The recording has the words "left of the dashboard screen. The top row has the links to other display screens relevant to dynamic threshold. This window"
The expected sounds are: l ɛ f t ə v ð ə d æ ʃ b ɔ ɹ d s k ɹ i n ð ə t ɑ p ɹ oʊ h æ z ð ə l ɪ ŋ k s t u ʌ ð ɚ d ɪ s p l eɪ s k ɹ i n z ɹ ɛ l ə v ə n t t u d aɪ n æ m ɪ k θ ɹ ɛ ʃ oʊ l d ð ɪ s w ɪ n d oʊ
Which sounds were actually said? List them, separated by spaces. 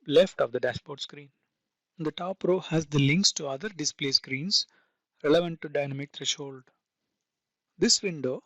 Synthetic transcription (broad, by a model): l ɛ f t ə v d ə d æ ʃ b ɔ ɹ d s k ɹ i n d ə t ɑ p ɹ oʊ h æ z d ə l ɪ ŋ k s t u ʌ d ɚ d ɪ s p l eɪ s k ɹ i n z ɹ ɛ l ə v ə n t t u d aɪ n æ m ɪ k t ɹ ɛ ʃ oʊ l d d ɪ s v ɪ n d oʊ